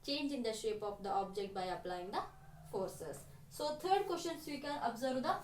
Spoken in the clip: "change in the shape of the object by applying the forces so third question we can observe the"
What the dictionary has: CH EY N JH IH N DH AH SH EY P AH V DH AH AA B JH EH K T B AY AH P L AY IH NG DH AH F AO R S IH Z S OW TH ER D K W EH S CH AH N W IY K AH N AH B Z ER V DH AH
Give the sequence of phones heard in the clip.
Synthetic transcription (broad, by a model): CH EY N JH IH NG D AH SH EY P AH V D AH AA B JH EH K T B AY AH P L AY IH NG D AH F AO R S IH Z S OW T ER D K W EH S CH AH N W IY K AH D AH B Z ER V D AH